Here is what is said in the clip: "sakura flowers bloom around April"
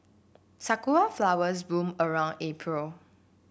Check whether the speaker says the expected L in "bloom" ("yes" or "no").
no